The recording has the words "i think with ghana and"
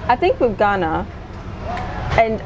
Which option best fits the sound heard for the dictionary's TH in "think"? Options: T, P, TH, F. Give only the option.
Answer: TH